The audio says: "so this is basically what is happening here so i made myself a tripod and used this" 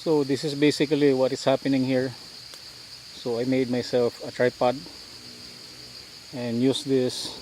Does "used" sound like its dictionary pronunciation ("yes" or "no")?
no